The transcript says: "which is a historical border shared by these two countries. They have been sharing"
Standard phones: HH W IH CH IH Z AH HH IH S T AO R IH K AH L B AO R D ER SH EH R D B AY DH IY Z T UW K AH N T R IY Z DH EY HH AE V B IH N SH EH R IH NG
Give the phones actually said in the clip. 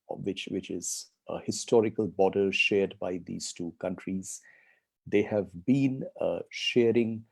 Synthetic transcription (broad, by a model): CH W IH CH IH Z AH HH IH S T AO R IH K AH L B AO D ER SH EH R D B AY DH IY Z T UW K AH N T R IY Z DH EY HH AE V B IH N SH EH R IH NG